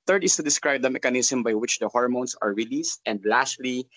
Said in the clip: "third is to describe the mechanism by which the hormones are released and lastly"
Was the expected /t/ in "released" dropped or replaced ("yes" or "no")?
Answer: no